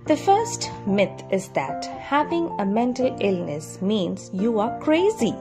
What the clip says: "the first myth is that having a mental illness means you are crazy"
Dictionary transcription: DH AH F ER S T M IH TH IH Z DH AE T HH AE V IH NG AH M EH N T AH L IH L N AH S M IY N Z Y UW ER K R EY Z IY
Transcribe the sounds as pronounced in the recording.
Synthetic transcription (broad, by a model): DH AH F ER S T M IH T IH Z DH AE T HH AE V IH NG AH M EH N T AH L IH L N AH S M IY N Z Y UW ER K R EY Z IY